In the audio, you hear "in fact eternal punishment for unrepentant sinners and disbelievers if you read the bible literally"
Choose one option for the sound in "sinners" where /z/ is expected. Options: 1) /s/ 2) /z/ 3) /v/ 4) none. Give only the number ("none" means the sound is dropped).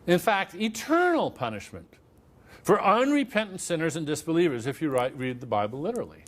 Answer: 2